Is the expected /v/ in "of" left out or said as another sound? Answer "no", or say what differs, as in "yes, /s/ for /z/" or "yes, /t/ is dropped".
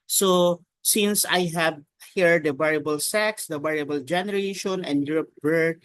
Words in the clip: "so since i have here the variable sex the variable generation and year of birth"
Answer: yes, /p/ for /v/